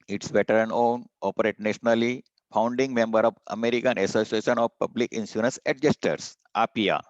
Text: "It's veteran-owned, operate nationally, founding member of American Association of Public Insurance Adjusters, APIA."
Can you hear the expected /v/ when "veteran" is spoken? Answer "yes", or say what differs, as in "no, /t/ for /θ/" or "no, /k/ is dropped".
no, /b/ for /v/